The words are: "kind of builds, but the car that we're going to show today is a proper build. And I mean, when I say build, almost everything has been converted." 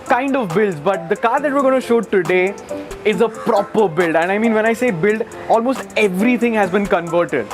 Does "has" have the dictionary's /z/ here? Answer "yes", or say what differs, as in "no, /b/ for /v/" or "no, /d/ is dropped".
yes